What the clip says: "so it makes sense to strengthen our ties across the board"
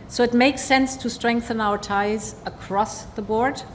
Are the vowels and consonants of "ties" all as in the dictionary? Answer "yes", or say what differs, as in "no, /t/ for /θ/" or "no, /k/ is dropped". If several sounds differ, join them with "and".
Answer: yes